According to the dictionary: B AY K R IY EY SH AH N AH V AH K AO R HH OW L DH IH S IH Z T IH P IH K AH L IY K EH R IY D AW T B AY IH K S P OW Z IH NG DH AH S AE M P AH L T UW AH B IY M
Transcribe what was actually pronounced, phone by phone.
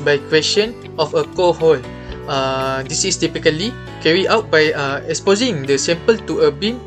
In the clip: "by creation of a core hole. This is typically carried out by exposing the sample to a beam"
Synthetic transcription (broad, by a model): B AY K W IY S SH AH N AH F AH K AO HH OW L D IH S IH S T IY P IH K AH L IY K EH R IY AW T B AY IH K S P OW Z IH NG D AH S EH M P AH L T UW AH B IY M